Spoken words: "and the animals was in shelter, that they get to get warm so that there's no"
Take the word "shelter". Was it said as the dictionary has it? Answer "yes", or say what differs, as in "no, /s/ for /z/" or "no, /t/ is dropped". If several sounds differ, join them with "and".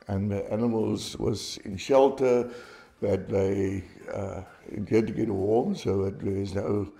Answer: yes